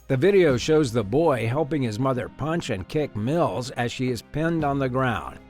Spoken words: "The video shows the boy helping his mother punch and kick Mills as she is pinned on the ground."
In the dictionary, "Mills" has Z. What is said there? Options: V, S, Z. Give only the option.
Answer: Z